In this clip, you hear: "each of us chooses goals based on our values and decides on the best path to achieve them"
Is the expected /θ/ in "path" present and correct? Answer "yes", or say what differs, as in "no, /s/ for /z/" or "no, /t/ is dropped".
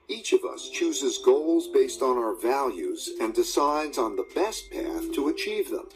yes